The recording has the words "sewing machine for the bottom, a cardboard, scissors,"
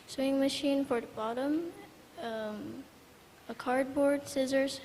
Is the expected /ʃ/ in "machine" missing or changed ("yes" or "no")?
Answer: no